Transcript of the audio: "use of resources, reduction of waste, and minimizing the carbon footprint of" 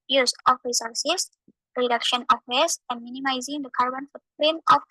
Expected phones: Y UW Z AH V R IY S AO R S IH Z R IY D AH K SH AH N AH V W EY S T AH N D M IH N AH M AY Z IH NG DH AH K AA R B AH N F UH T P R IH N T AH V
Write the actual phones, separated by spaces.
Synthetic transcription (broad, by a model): Y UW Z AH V R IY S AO R S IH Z R IY D AH K SH AH N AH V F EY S AH N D M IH N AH M AY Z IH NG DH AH K AA R B AH N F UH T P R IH N AH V